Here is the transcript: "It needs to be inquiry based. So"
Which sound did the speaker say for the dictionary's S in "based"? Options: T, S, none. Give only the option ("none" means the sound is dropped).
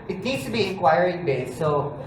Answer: none